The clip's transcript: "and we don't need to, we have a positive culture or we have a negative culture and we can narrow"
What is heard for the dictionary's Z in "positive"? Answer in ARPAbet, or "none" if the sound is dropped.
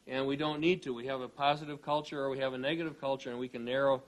Z